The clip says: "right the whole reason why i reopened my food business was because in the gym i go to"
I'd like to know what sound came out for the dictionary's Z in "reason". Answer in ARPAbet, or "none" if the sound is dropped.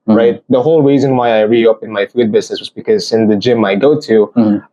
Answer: Z